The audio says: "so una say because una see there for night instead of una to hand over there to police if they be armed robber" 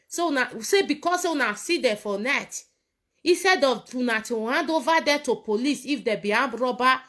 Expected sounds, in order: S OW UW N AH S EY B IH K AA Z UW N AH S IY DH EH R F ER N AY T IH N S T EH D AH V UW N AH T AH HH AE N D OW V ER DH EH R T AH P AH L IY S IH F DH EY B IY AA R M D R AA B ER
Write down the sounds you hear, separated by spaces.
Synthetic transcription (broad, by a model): S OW UW N AH S EY B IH K AA S UW N AH S IY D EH F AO N AY T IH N S T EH D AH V UW N AH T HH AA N D OW V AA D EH T AH P AH L IY S IH F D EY B IY AA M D R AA B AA